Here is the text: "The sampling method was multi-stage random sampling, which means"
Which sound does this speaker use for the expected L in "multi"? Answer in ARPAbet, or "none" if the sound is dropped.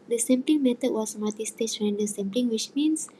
none